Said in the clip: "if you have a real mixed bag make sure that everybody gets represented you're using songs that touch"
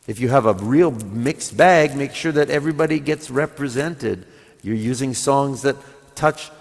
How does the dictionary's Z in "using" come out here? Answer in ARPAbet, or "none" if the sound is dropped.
Z